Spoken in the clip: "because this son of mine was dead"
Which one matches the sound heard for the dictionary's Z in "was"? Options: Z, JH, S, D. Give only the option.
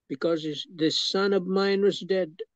Z